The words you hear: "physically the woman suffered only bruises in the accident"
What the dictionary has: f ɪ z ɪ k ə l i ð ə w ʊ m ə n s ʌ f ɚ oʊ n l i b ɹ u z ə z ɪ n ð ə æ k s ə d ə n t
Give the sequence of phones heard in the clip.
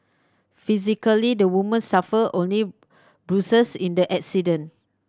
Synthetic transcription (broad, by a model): f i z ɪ k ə l i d ə w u m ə n s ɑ f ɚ oʊ n l i b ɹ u s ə s ɪ n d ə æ k s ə d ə n